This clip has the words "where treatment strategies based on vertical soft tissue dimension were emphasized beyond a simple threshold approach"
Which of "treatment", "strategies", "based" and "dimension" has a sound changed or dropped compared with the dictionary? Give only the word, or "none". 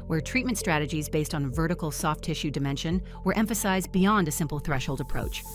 none